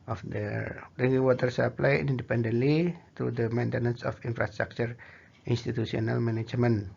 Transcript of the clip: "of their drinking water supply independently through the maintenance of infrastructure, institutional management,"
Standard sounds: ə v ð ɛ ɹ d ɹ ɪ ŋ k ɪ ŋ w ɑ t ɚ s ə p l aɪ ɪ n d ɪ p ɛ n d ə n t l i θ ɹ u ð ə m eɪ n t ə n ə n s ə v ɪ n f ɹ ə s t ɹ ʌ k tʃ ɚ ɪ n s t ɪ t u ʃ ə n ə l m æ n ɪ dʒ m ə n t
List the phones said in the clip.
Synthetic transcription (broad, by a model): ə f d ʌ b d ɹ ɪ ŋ ɪ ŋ w ɑ t ɚ s ə p l aɪ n n d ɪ p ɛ n d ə n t l i t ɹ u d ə m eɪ n t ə n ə n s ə f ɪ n f ɹ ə s t ɹ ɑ k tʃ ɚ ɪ n s t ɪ t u s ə n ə l m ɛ n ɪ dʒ m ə n